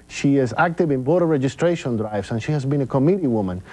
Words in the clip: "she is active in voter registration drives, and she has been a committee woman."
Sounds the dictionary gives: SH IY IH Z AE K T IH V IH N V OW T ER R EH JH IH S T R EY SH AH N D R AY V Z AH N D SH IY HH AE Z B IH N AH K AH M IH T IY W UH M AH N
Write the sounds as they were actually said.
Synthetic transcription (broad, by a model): SH IY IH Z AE K T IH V IH N B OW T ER R EH JH IH S T R EY SH AH N D R AY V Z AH N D SH IY HH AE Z B IH N AH K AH M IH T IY W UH M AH N